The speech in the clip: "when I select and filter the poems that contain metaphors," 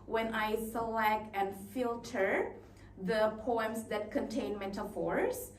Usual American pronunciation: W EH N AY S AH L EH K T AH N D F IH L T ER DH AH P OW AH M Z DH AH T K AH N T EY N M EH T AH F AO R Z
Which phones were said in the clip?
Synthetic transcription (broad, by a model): W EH N AY S AH L EH K T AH N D F IH L T ER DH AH P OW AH M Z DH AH T K AH N T EY N M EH T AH F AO R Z